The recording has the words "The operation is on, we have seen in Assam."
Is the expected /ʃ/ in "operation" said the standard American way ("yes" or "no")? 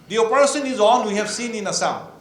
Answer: no